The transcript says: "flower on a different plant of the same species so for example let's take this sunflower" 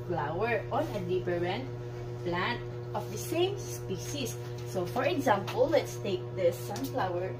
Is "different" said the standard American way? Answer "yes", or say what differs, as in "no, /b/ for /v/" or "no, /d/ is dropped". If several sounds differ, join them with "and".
no, /p/ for /f/